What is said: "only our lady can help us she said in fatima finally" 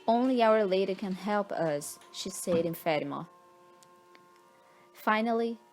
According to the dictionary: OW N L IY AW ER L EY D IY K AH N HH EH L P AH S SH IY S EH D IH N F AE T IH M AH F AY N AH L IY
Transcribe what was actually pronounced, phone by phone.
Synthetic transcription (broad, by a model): OW N L IY AW ER L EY D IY K AH N HH EH L P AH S SH IY S EH D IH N F AE T IH M AH F AY N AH L IY